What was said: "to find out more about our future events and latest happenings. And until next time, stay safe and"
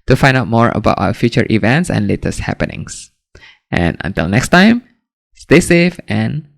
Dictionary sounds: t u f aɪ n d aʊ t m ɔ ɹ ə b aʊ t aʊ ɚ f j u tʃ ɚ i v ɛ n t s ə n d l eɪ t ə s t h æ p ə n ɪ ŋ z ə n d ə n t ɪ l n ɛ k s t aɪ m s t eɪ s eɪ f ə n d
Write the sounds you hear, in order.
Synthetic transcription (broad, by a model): t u f aɪ n d aʊ t m ɔ ɹ ə b aʊ t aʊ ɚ f j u tʃ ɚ i v ɛ n t s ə n l eɪ t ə s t h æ p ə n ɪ ŋ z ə n ə n t ɪ l n ɛ k s t aɪ m s t eɪ s eɪ f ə n